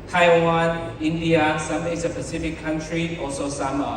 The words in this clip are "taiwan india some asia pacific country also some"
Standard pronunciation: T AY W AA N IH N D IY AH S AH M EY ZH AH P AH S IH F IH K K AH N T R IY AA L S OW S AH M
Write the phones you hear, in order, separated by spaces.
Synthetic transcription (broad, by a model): T AY W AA N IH N D IY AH S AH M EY S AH P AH S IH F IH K K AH N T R IY AA L S OW S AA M